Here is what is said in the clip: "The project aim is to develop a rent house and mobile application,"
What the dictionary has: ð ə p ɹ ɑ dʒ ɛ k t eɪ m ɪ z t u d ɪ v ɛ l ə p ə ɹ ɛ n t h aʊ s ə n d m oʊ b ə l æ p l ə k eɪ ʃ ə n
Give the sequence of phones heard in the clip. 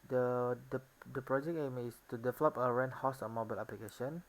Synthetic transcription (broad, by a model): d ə p ɹ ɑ dʒ ɛ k eɪ m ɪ s t u d ɪ v ɛ l ə p ə ɹ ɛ n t h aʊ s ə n m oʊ b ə l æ p l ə k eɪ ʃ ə n